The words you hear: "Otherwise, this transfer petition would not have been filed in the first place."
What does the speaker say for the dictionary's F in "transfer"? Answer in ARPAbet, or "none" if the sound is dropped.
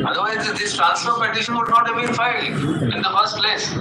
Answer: none